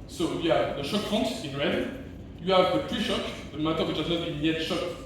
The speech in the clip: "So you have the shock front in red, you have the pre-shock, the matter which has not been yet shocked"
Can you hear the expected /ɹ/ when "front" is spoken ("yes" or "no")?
no